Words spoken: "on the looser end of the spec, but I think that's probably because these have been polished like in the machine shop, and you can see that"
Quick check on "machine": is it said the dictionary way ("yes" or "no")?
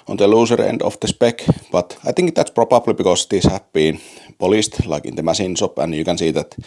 no